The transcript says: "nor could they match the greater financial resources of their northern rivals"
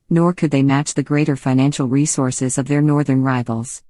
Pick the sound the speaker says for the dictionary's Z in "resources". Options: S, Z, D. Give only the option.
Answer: Z